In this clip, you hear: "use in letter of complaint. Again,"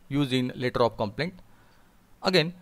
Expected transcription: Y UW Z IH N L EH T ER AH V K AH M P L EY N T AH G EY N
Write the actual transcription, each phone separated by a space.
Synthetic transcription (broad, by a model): Y UW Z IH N L EH T ER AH P K AH M P L EY N T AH G EY N